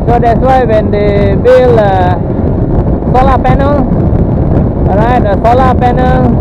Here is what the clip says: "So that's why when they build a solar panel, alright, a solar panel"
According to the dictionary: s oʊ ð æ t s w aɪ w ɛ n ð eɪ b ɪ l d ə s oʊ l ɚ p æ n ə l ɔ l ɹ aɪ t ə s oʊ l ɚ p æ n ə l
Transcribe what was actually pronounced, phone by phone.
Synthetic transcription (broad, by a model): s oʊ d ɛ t s w aɪ w ɛ n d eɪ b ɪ l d ə s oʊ l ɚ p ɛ n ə l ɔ ɹ aɪ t ə s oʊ l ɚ p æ n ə l